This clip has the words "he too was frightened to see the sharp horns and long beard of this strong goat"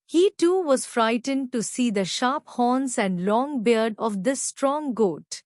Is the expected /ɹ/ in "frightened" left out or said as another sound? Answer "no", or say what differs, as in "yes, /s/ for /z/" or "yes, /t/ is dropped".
no